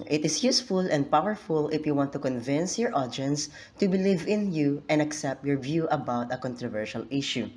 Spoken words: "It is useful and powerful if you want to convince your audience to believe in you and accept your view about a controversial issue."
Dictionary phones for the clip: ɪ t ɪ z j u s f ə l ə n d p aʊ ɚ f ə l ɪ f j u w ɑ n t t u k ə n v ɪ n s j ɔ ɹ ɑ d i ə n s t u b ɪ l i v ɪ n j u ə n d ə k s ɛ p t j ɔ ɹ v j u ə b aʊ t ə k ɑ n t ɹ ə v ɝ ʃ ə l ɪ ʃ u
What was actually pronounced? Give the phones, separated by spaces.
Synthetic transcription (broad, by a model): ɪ t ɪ s j u s f ə l ə n d p aʊ ɚ f ə l ɪ f j u w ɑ n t t u k ə n v ɪ n s j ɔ ɹ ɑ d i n s t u b ɪ l i v ɪ n j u ə n d ə k s ɛ p t j ɔ ɹ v j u ə b aʊ t ə k ɑ n t ɹ ə v ɝ ʃ ə l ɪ ʃ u